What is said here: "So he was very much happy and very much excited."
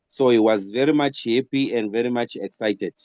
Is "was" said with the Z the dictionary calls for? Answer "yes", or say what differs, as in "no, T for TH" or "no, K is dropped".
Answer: yes